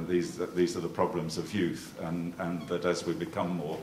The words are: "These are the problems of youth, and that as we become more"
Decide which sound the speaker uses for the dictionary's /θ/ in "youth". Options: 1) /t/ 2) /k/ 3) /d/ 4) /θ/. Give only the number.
4